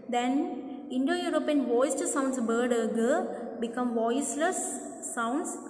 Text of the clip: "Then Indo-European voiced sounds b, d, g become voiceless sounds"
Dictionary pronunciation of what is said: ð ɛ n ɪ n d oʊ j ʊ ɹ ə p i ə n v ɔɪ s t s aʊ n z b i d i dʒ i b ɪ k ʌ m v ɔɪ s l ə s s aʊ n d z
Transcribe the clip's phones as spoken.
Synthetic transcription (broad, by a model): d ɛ n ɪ n d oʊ j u ɹ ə p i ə n v ɔɪ s t s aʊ n s b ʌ d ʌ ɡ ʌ b ɪ k ʌ m v ɔɪ s l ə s s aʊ n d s